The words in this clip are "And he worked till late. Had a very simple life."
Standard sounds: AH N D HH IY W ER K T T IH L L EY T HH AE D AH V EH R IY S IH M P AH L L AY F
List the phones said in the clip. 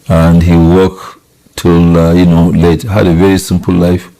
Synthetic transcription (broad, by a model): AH N D HH IY W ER K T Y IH N L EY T HH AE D AH V EH R IY S IH M P AH L L AY F